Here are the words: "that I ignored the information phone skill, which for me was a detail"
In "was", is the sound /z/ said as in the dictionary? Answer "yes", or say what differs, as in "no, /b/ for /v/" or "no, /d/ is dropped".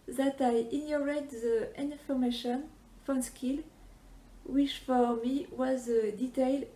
yes